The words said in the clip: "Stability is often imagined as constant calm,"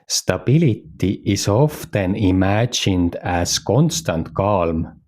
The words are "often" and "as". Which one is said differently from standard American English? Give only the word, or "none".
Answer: as